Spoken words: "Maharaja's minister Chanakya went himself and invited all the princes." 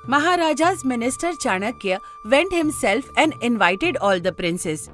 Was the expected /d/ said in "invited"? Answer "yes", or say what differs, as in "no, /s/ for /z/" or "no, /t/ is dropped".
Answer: yes